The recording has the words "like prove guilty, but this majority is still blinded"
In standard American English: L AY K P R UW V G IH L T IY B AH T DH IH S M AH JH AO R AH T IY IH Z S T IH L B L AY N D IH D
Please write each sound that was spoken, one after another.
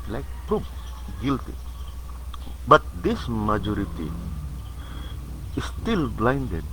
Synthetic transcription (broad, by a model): L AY K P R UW P G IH L T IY B AH T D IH S M AH JH AO R AH T IY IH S T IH L B L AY N D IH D